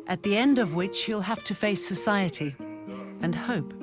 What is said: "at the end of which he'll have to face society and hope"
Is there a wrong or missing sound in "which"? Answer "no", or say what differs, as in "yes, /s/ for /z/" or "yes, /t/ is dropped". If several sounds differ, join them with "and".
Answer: no